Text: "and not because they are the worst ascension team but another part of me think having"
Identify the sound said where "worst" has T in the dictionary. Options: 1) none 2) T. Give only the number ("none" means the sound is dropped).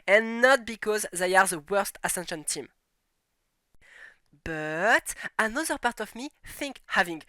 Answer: 2